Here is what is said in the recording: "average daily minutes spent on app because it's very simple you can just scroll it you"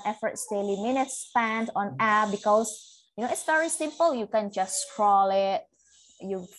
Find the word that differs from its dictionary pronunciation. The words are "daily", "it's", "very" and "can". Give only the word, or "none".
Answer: none